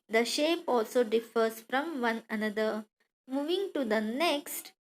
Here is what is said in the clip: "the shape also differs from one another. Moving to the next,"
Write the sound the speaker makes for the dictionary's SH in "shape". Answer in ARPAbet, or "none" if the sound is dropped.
SH